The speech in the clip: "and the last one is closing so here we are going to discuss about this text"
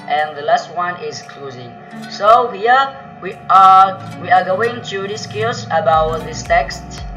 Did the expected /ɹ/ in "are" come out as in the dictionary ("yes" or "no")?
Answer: no